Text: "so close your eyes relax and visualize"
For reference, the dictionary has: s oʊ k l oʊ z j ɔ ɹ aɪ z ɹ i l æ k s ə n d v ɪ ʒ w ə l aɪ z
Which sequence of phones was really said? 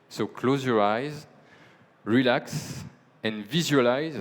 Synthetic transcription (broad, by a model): s oʊ k l oʊ z j ɔ ɹ aɪ z ɹ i l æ k s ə n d v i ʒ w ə l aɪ z